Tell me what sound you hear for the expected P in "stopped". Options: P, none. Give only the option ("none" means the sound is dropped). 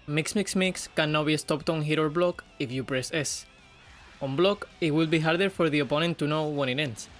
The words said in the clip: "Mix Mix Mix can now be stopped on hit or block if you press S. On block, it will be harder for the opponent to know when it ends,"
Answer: P